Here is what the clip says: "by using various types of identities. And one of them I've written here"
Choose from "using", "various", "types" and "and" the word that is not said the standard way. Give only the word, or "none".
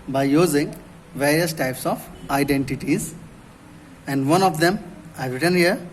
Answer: none